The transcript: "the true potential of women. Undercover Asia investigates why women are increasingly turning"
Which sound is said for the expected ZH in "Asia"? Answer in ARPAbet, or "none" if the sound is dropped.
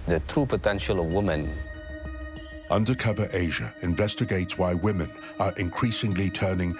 ZH